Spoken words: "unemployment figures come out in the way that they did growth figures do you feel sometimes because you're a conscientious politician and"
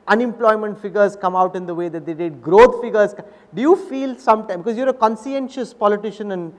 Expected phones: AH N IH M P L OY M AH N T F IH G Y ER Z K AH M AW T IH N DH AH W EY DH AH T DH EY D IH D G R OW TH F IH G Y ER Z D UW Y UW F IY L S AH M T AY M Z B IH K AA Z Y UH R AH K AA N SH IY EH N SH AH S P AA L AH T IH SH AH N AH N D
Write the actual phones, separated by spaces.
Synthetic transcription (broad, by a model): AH N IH M P L OY M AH N T F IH G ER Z K AH M AW T IH N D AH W EY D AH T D EY D IH D G R OW T F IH G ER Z D UW Y UW F IY L S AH M T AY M B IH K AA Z Y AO R AH K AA N S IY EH N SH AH S P AA L AH T IH SH AH N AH N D